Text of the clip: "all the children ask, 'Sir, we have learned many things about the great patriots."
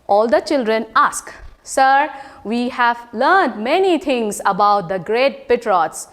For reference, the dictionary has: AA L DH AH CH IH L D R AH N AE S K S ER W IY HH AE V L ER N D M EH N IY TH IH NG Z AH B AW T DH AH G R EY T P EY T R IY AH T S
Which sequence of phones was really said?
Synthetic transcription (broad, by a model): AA L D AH CH IH L D R AH N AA S K S ER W IY HH AE V L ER N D M EH N IY T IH NG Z AH B AW T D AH G R EY T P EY T R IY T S